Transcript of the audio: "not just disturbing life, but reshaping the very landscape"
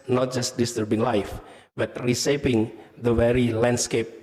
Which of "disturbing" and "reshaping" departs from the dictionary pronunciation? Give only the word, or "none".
reshaping